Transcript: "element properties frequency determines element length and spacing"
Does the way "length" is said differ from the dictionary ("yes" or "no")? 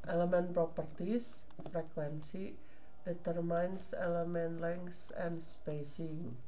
yes